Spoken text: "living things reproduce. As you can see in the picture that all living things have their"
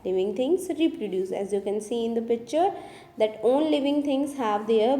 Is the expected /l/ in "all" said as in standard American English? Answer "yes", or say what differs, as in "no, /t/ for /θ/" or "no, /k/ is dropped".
no, /n/ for /l/